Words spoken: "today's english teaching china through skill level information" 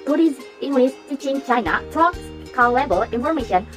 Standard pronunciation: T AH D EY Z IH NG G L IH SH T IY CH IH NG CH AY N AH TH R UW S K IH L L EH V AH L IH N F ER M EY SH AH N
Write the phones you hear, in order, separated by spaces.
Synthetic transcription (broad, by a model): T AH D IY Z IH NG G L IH S T IY CH IH NG CH AY N AH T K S K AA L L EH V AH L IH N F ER M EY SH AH N